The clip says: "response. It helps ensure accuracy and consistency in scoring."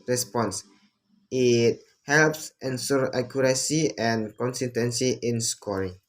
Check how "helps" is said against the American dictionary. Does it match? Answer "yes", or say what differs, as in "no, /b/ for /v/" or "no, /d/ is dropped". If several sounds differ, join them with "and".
yes